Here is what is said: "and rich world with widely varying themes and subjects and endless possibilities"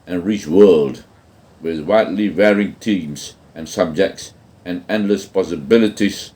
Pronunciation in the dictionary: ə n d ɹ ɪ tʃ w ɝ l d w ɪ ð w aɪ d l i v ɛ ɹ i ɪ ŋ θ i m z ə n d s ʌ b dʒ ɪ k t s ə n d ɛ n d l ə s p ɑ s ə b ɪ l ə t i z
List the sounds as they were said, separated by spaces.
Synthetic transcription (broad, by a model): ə n ɹ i tʃ w ɝ l d w ɪ ð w aɪ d l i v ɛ ɹ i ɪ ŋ t i m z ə n s ʌ b dʒ ɪ k t s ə n ɛ n d l ə s p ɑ s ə b ɪ l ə t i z